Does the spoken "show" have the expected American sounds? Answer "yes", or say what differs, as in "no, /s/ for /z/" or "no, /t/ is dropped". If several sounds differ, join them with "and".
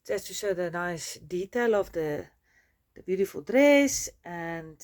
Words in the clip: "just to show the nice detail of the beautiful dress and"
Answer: no, /s/ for /ʃ/